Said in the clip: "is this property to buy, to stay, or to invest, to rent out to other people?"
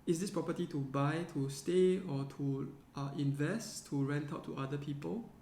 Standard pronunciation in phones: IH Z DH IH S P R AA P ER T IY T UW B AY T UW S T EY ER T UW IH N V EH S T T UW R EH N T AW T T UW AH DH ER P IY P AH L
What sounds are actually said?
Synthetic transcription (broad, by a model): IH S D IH S P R AA P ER T IY T UW B AY T UW S T EY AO T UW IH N V EH S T T UW R EH N T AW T T UW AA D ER P IY P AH L